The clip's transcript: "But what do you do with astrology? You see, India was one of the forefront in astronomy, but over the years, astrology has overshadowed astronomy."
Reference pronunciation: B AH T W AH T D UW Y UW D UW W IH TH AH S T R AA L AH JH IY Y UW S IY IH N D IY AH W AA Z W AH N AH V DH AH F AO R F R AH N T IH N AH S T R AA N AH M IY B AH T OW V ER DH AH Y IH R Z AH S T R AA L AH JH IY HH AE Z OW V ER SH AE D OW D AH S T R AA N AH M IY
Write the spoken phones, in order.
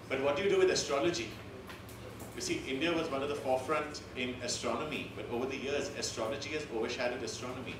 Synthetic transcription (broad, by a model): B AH T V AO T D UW Y UW D UW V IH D AH S T R AA L AH JH IY Y UW S IY IH N D IY AH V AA Z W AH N AH V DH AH F AO R F R AH N T IH N AH S T R AA N AH M IY B AH T OW V ER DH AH Y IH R Z AH S T R AA L AH JH IY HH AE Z OW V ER SH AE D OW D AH S T R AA N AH M IY